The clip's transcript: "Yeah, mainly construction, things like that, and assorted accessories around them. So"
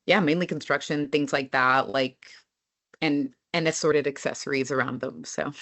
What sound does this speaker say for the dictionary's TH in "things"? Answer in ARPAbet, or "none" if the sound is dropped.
TH